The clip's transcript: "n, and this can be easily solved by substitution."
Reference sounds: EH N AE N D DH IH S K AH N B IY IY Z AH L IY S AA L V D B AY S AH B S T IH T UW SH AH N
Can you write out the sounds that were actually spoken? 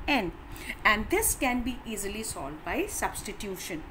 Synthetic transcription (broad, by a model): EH N AE N D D IH S K AH N B IY IY Z AH L IY S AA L D B AY S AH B S T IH T UW SH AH N